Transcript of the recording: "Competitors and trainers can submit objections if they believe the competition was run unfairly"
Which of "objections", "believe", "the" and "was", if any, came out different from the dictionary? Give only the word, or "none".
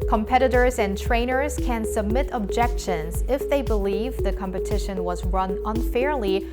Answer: none